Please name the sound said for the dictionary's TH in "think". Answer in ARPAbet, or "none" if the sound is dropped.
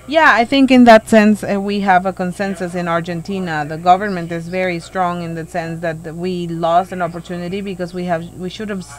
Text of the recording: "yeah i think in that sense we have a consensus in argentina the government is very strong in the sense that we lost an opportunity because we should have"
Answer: TH